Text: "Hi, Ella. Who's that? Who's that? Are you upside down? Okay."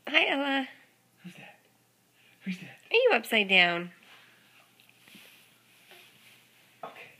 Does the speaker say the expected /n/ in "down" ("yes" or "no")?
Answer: yes